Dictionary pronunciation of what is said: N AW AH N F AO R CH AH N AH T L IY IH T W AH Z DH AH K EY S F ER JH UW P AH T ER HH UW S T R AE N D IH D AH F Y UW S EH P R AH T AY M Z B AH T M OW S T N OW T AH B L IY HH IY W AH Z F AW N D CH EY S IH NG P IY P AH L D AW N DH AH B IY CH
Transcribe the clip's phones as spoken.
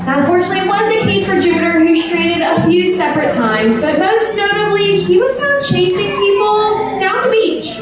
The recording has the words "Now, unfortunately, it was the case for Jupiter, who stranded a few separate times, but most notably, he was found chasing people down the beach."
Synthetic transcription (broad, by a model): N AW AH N F AO R CH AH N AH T L IY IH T W AH Z DH AH K EY S F ER JH UW P AH T ER HH UW S T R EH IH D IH D AH F Y UW S EH P R AH T AY M Z B AH T M OW S T N OW T AH B L IY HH IY W AH Z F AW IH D CH EY S IH NG P IY P L D AW N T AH B IY CH